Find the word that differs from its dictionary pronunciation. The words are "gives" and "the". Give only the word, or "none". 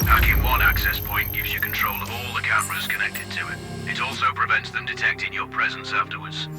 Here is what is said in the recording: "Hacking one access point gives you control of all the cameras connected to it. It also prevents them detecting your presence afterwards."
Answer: none